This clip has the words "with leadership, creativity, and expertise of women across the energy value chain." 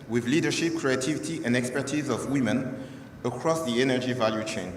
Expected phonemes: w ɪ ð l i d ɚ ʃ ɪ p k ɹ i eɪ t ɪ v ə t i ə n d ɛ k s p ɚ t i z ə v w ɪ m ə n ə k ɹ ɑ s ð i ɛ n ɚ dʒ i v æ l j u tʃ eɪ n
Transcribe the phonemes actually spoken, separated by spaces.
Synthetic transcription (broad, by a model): w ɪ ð l i d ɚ ʃ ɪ p k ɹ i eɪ t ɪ v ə t i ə n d ɛ k s p ɚ t i z ə v w ɪ m ə n ə k ɹ ɑ s ð i ɛ n ɚ dʒ i v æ l j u tʃ eɪ n